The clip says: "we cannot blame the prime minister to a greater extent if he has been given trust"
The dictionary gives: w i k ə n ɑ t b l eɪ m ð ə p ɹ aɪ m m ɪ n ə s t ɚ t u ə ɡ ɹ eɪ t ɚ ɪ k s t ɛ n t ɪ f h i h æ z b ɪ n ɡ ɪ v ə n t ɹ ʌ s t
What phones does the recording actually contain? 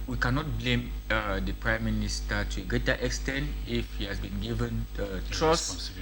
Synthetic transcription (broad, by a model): w i k ə n ɑ t b l eɪ m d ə p ɹ aɪ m m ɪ n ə s t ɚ t u ə ɡ ɹ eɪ t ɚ ɪ k s t ɛ n t ɪ f h i h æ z b ɪ n ɡ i v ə n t ɹ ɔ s